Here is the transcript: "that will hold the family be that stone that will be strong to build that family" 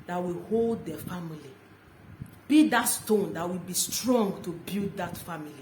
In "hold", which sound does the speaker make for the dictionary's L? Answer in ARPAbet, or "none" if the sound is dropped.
L